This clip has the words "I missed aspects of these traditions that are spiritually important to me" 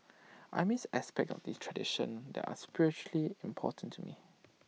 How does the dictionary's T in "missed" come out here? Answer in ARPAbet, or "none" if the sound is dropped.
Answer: none